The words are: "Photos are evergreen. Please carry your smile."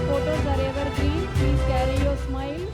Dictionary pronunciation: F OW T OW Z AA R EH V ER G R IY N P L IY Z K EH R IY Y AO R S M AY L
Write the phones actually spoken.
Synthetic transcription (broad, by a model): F OW T OW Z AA R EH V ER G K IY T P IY K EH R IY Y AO S M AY L